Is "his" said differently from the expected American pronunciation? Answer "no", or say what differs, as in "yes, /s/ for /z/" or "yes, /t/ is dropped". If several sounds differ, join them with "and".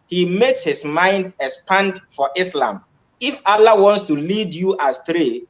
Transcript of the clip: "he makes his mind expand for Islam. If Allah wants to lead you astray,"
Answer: yes, /s/ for /z/